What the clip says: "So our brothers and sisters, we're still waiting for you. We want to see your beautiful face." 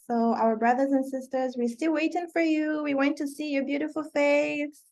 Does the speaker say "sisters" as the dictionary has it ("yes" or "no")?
yes